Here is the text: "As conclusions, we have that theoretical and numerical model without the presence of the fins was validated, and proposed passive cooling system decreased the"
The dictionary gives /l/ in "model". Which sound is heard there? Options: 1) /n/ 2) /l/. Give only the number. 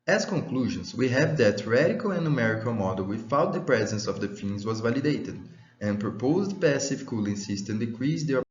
2